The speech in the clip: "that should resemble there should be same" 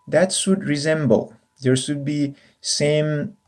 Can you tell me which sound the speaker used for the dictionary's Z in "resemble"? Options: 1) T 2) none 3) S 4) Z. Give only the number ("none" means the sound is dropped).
4